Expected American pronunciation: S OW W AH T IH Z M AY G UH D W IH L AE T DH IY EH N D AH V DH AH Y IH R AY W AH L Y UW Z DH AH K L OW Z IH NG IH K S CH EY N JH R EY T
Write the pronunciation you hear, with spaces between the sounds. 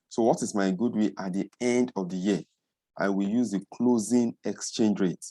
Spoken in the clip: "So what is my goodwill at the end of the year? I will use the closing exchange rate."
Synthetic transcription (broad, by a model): S OW W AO T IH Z M AY G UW D W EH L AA T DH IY EH N D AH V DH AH Y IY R AY W AH L Y UW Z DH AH K L OW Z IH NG IH K S CH EY N JH R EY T